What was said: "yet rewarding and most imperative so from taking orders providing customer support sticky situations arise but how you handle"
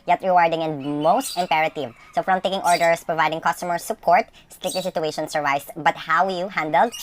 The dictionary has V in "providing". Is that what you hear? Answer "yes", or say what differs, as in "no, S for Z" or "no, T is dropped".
yes